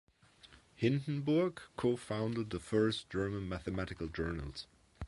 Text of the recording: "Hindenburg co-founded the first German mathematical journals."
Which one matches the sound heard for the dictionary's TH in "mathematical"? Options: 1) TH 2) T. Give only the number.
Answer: 1